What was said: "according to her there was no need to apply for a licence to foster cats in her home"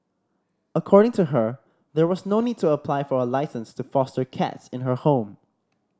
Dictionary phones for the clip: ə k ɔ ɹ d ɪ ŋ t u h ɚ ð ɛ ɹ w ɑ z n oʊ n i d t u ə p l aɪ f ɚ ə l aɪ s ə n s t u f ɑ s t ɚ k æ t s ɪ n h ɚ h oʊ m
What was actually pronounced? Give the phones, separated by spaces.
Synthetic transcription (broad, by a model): ə k ɔ ɹ d ɪ ŋ t u h ɚ ð ɛ ɹ w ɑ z n oʊ n i d t u ə p l aɪ f ɚ ə l aɪ s ə n s t u f ɑ s t ɚ k æ t s ɪ n h ɚ h oʊ m